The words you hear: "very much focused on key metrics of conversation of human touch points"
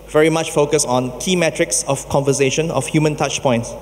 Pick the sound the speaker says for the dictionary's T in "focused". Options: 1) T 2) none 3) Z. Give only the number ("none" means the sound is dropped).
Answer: 2